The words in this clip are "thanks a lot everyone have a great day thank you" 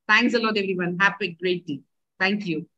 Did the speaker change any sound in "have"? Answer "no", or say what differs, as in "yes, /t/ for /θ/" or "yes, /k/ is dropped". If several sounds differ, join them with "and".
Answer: yes, /p/ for /v/